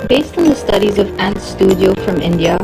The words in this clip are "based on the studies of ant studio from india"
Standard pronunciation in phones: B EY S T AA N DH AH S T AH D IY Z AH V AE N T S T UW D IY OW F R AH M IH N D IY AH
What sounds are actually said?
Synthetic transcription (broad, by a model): B EY S T N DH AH S T AH D IY Z AH V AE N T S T UW D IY OW F R AH M IH N D IY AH